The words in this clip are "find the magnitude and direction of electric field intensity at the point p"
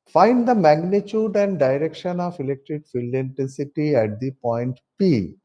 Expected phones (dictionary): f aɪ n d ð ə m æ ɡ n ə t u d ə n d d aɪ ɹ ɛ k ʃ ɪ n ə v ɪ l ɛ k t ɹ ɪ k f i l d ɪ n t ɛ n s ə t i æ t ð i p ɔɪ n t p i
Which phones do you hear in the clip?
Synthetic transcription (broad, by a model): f aɪ n d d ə m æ ɡ n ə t u d ə n d d aɪ ɹ ɛ k ʃ ɪ n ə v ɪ l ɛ k t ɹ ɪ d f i l ɪ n t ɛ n s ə t i æ t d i p ɔɪ n t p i